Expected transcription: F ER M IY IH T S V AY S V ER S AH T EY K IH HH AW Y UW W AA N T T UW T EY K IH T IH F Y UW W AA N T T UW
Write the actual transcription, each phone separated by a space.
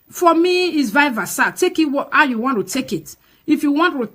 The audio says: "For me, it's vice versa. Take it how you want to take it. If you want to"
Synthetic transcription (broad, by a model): F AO M IY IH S V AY V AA S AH T EY K IH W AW Y UW W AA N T T UW T EY K IH T IH F Y UW W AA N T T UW